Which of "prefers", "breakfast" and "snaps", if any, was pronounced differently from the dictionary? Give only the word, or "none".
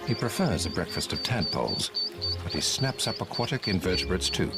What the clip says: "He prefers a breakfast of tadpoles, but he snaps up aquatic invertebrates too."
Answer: none